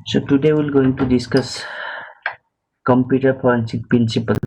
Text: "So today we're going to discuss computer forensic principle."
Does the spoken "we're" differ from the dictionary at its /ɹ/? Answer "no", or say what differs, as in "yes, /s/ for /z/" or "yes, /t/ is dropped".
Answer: yes, /l/ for /ɹ/